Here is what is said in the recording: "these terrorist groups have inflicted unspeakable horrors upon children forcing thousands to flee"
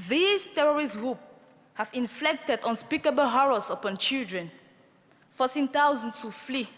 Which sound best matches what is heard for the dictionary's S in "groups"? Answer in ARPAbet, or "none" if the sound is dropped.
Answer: none